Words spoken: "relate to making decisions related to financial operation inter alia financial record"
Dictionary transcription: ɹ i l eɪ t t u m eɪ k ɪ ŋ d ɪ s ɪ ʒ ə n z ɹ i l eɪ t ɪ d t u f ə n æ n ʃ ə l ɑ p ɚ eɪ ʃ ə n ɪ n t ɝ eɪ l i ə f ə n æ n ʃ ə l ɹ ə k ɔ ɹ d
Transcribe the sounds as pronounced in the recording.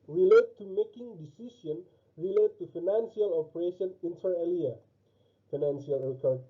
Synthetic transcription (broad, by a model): ɹ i l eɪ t t u m eɪ k ɪ ŋ d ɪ s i s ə n ɹ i l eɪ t t u f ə n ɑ n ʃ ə l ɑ p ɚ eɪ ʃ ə n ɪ n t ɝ eɪ l i ə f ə n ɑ n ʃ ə l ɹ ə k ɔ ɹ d